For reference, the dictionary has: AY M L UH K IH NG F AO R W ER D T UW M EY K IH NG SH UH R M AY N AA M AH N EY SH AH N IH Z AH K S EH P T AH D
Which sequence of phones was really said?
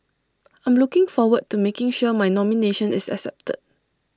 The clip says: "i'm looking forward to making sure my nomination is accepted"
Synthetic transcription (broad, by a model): AY M L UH K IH NG F AO W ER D T UW M EY K IH NG SH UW M AY N AA M AH N EY SH AH N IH S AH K S EH P T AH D